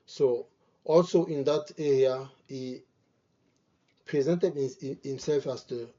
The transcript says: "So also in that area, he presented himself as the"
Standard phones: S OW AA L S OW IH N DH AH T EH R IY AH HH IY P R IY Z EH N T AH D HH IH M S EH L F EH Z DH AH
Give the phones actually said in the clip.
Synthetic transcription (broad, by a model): S OW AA L S OW IH N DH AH T EH R IY AH HH IY P R IY Z EH N T AH D HH IH M S EH L F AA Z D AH